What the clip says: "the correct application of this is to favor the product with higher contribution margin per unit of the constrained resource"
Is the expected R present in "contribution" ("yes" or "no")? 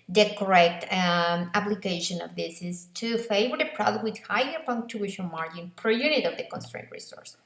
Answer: no